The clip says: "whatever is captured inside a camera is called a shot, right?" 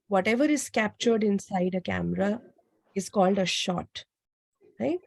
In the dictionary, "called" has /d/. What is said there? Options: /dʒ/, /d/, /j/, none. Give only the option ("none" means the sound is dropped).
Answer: /d/